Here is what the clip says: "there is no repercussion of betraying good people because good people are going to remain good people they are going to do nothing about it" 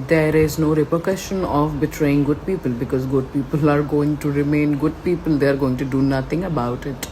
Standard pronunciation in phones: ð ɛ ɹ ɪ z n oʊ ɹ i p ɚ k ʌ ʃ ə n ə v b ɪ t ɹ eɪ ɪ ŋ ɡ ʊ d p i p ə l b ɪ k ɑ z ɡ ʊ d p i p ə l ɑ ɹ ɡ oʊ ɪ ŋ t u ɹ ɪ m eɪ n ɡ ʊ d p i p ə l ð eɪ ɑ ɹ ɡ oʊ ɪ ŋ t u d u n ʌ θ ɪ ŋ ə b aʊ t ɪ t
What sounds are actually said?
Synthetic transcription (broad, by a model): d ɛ ɹ ɪ z n oʊ ɹ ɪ p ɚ k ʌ ʃ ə n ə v b ɪ t ɹ eɪ ɪ ŋ ɡ ʊ d p i p ə l b ɪ k ɑ z ɡ ʊ d p i p ə l ɑ ɹ ɡ oʊ ɪ ŋ t u ɹ ɪ m eɪ n ɡ ʊ d p i p ə l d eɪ ɑ ɹ ɡ oʊ ɪ ŋ t u d u n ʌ t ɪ ŋ ə b aʊ t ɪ t